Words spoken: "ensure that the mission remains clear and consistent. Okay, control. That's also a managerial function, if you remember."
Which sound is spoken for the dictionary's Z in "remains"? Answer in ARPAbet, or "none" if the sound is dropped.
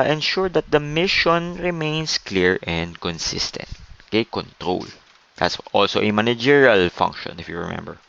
S